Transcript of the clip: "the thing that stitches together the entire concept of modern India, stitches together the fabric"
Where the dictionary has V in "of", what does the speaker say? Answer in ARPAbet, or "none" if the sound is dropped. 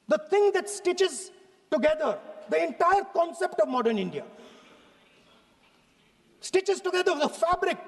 V